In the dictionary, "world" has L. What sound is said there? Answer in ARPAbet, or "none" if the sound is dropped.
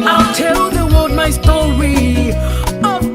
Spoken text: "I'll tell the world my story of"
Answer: none